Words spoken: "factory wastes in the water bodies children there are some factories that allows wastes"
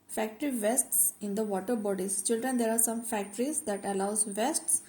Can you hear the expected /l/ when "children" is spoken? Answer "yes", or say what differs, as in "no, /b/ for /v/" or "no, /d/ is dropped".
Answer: yes